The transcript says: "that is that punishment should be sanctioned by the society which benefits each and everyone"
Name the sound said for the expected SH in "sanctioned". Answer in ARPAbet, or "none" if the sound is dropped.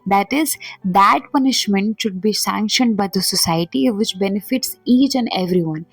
SH